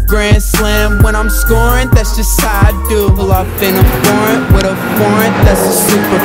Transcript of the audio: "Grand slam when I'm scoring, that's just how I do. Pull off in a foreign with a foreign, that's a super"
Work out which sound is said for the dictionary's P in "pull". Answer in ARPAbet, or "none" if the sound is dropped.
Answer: B